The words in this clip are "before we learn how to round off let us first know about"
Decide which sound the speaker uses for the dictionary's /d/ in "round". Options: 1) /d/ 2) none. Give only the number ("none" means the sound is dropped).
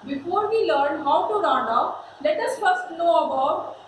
2